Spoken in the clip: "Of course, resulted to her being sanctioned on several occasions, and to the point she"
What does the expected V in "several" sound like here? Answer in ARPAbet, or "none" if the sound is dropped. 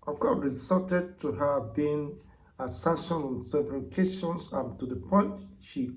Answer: B